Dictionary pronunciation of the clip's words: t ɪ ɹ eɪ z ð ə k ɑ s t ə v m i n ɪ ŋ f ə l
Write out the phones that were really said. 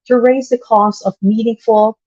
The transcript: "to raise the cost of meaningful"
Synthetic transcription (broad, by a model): t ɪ ɹ eɪ z ð ə k ɑ s t ə v m i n ɪ ŋ f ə l